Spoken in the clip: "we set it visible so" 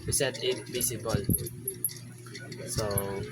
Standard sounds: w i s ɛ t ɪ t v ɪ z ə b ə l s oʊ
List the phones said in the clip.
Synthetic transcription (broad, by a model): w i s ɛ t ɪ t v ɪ s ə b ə l s oʊ